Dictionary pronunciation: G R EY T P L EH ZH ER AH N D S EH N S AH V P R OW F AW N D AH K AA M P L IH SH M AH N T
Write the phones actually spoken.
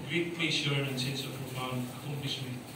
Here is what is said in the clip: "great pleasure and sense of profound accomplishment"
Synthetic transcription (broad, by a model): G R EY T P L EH S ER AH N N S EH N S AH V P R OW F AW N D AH K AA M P L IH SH M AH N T